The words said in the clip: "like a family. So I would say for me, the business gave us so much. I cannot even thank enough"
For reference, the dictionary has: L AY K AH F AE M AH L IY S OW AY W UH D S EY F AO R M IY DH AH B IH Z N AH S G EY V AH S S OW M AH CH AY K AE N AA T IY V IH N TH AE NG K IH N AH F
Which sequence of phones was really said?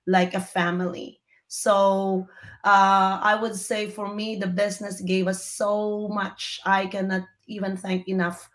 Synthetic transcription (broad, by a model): L AY K AH F AE M AH L IY S OW AY W UH D S EY F AO R M IY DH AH B IH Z N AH S G EY V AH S S OW M AH CH AY K AE N AA T IY V IH N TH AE NG K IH N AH F